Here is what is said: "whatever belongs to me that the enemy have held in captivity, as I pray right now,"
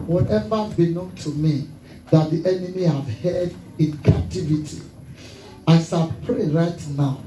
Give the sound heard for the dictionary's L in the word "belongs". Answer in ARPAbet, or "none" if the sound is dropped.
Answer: N